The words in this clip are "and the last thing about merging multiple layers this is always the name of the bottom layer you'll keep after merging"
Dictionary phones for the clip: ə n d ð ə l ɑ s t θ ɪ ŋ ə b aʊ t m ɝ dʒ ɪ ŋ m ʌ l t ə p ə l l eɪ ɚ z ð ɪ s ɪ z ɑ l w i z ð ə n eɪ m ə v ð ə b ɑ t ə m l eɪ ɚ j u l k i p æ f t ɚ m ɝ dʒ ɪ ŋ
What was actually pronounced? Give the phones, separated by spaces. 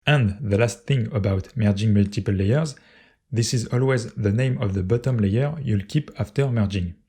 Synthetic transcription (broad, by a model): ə n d ð ə l ɑ s t θ ɪ ŋ ə b aʊ t m ɝ dʒ ɪ ŋ m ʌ l t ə p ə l l eɪ ɚ z ð ɪ s ɪ z ɑ l w i z ð ə n eɪ m ə v ð ə b ɑ t ə m l eɪ ɚ j u l k i p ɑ f t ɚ m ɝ dʒ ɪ ŋ